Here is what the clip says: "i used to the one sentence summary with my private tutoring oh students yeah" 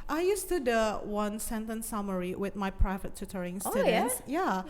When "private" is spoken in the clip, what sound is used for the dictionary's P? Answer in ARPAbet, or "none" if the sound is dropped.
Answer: P